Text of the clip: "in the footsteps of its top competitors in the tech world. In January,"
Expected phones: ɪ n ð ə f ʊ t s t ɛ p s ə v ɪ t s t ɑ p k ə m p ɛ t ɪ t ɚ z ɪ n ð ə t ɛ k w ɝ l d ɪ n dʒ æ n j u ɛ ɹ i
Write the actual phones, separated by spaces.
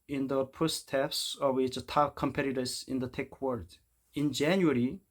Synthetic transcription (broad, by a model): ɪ n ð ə p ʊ s t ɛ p s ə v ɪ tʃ t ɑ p k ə m p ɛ t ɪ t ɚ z ɪ n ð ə t ɛ k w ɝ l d ɪ n dʒ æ n j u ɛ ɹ i